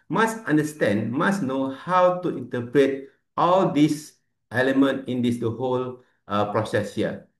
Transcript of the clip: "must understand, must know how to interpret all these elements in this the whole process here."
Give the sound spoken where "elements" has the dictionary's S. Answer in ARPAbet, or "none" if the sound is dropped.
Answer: none